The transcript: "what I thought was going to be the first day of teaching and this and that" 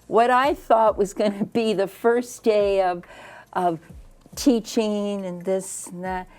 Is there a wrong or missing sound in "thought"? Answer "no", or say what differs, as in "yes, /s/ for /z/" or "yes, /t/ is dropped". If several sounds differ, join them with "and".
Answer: no